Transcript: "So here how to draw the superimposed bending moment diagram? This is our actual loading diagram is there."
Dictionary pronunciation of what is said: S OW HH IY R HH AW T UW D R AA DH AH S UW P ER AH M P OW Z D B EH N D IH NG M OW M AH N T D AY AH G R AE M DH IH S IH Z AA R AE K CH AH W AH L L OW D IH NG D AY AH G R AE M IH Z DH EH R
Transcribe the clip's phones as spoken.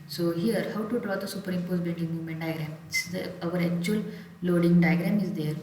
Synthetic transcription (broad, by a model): S OW HH IY R HH AW T UW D R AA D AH S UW P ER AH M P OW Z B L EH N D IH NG M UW M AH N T D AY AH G R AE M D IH IH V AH R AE K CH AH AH L L OW D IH NG D AY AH G R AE M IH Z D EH R